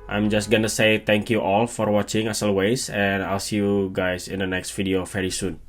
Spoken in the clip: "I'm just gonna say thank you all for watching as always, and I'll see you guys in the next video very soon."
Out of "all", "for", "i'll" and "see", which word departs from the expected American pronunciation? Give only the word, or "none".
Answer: none